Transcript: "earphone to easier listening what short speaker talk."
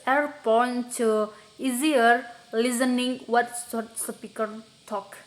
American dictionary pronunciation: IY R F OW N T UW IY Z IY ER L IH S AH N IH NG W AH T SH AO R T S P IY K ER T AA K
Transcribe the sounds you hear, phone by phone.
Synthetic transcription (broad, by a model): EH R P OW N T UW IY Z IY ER L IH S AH N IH NG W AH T S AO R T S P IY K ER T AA K